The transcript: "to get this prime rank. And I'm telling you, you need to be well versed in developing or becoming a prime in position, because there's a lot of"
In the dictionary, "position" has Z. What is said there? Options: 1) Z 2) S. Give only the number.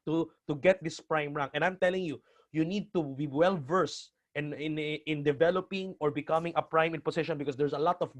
2